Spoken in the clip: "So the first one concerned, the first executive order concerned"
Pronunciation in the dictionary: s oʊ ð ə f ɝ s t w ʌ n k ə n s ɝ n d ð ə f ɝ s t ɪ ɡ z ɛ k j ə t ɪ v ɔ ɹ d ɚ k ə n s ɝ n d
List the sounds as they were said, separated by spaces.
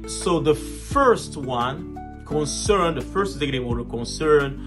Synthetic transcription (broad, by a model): s oʊ ð ə f ɝ s t w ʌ n k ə n s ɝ n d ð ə f ɝ s t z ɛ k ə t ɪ w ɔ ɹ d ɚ k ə n s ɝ n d